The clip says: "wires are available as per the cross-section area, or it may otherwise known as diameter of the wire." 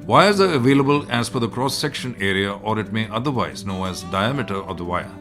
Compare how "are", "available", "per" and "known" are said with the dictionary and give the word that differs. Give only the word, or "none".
per